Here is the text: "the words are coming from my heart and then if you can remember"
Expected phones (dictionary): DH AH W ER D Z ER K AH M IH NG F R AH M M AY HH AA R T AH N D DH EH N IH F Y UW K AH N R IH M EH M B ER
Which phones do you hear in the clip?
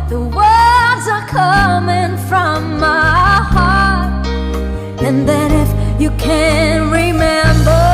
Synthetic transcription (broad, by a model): DH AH W ER D Z ER K AH M IH NG F R AH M M AY HH AA R T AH N DH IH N IH F Y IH K AH N R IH M EH M B ER